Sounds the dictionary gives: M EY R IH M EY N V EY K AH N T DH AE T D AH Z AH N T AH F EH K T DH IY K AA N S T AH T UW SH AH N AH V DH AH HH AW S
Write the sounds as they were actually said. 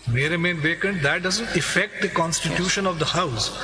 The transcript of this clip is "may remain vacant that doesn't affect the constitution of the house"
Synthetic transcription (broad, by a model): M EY R IH M EY N V EY K AH N T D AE T D AH Z AH N T AH F EH K T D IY K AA N S T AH T UW SH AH N AH V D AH HH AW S